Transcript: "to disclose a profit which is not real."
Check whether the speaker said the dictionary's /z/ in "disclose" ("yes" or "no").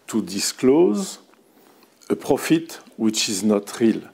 yes